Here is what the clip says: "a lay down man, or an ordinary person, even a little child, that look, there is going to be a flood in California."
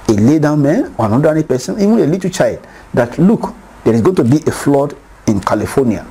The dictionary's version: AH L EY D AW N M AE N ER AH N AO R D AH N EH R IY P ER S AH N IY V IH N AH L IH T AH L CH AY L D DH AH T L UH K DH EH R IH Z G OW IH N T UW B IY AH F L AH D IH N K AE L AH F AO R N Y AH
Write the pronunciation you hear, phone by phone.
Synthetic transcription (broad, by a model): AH L EY D AW N M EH N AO AH N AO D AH EH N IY P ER S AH N IY V IH N AH L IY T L CH AY L D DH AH T L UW K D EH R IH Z G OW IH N T UW B IY AH F L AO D IH N K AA L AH F AO N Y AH